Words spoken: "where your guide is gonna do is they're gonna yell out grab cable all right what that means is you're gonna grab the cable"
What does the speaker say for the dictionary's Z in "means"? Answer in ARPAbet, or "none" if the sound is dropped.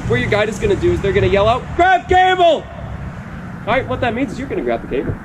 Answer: Z